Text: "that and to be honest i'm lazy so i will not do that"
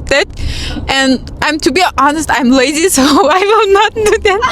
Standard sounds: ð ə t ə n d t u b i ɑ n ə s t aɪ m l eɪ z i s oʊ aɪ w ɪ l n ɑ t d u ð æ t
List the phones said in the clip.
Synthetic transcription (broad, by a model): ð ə t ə n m t u b i ɑ n ə s t aɪ m l eɪ z i s oʊ aɪ w ɪ l n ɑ t d u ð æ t